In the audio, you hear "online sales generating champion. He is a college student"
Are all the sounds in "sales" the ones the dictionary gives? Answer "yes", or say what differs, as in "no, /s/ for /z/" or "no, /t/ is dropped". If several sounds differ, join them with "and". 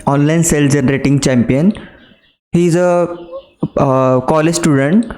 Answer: no, /z/ is dropped